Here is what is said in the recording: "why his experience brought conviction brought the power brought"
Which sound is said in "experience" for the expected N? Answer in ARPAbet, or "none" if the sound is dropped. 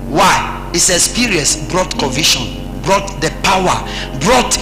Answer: none